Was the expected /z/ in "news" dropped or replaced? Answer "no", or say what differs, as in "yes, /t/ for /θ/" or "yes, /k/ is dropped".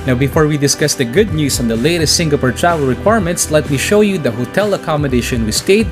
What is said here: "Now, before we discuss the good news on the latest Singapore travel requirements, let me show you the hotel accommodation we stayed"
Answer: yes, /s/ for /z/